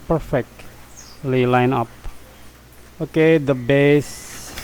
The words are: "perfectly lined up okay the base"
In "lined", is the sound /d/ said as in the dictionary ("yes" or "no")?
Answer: no